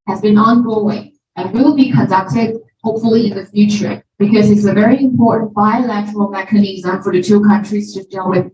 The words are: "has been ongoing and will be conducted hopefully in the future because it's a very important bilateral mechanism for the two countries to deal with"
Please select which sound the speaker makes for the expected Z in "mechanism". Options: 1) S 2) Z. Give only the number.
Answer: 2